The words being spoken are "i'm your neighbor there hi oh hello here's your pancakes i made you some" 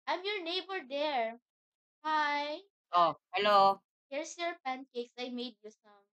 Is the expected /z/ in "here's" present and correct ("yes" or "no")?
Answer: no